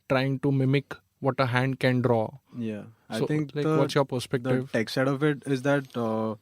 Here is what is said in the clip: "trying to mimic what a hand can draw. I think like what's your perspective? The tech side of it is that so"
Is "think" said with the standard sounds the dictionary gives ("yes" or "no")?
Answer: no